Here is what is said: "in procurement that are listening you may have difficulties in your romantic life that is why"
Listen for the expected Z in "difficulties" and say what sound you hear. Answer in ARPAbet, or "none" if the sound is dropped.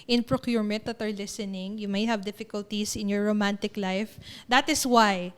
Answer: S